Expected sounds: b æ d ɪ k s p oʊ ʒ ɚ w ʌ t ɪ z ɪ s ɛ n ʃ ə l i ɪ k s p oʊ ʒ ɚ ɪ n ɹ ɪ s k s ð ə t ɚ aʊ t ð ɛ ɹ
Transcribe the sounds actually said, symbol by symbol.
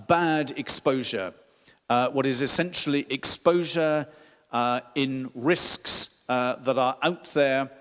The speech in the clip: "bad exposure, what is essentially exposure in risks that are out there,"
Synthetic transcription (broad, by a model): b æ d ɪ k s p oʊ ʒ ɚ w ʌ t ɪ z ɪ s ɛ n ʃ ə l i ɪ k s p oʊ ʒ ɚ ɪ n ɹ ɪ s k s ð ə t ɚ aʊ t ð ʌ ɹ